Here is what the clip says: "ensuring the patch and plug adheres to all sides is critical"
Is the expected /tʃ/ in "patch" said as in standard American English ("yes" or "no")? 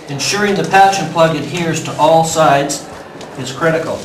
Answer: no